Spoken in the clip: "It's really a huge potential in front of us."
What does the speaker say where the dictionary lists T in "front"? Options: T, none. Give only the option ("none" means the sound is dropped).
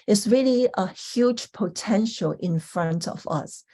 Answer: T